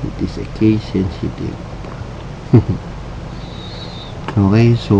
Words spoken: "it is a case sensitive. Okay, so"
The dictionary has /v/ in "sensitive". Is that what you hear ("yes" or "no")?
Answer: no